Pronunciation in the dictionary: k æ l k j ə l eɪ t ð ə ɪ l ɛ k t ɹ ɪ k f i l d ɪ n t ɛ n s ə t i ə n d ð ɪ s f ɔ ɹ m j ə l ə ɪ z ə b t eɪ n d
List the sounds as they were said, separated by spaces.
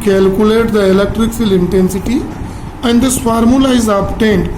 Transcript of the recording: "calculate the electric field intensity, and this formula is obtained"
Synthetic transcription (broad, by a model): k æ l k j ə l eɪ t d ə ɪ l ɛ k t ɹ ɪ k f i l ɪ n t ɛ n s ə t i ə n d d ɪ s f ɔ ɹ m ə l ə ɪ z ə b t eɪ n d